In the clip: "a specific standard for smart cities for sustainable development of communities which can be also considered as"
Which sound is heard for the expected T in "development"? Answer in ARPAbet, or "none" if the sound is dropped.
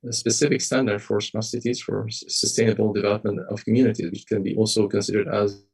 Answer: T